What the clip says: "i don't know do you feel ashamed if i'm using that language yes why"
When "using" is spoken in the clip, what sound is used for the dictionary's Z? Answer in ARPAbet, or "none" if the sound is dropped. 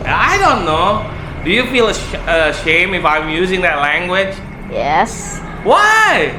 Z